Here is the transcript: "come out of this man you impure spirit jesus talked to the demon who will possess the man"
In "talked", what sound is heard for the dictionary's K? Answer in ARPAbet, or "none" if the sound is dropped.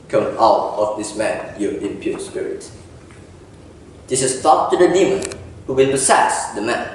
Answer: none